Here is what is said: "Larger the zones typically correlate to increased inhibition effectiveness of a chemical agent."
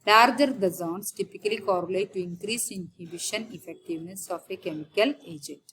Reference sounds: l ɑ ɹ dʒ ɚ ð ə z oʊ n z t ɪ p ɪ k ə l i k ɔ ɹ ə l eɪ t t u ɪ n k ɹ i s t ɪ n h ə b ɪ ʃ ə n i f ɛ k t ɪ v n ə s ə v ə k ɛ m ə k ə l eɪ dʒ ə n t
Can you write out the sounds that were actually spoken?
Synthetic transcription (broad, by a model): l ɑ ɹ dʒ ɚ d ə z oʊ n s t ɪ p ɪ k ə l i k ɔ ɹ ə l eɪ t t u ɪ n k ɹ i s ɪ n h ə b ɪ ʃ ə n i f ɛ k t ɪ v n ə s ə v ə k ɛ m ə k ə l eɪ dʒ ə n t